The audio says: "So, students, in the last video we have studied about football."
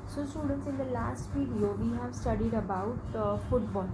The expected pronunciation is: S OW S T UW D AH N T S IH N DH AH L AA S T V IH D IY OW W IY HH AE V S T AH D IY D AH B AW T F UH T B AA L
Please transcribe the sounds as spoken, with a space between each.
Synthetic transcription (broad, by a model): S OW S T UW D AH N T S IH N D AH L AA S T F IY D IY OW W IY HH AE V S T AH D IY D AH B AW T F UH T B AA L